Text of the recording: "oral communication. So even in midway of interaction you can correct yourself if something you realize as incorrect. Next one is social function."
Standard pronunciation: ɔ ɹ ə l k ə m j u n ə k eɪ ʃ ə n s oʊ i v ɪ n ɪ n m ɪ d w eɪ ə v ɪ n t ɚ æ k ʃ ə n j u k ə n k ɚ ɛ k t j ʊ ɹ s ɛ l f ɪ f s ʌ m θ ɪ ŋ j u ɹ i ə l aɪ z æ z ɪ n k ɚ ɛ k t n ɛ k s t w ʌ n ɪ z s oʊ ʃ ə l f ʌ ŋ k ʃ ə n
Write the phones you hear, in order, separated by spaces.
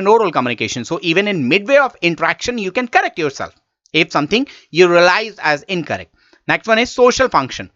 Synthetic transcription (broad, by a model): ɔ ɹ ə l k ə m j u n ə k eɪ ʃ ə n s oʊ i v ɪ n ɪ n m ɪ d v eɪ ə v ɪ n t ɚ æ k ʃ ə n j u k ə n k ɚ ɛ k t j ʊ ɹ s ɛ l f ɪ f s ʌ m t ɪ ŋ j u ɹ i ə l aɪ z æ z ɪ n k ɚ ɛ k t n ɛ k s t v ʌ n ɪ z s oʊ ʃ ə l f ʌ ŋ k ʃ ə n